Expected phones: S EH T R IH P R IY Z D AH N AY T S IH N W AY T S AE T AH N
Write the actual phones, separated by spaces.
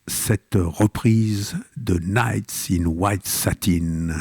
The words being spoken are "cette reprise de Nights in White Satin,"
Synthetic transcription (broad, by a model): S EH T R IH P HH IY Z D AH N AY T S IH N W AY T S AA T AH N